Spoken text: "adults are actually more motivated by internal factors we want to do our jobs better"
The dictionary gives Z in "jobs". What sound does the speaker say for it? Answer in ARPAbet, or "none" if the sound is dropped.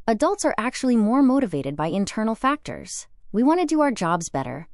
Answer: Z